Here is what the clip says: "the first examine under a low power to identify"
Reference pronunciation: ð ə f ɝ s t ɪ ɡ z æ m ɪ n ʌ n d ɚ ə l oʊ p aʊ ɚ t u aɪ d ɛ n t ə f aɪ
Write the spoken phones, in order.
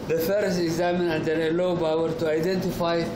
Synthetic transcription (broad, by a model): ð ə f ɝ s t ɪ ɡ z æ m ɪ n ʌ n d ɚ ə l oʊ b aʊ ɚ t u aɪ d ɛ n t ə f aɪ